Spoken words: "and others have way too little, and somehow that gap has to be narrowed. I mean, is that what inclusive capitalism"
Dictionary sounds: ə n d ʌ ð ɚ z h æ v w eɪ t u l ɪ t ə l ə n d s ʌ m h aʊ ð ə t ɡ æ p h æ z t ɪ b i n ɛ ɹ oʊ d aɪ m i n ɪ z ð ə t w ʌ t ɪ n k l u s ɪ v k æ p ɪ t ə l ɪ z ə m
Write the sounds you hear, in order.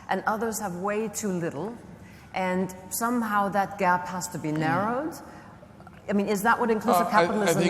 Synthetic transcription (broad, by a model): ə n ʌ ð ɚ z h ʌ v w eɪ t u l ɪ t l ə n s ʌ m h aʊ ð ə t ɡ æ p h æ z t ɪ b i n ɛ ɹ oʊ d aɪ m i n ɪ z ð ə t w ʌ t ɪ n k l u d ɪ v k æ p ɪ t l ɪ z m